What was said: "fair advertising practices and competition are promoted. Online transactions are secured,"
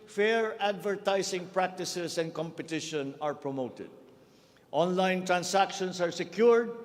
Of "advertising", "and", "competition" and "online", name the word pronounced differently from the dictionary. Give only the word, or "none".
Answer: advertising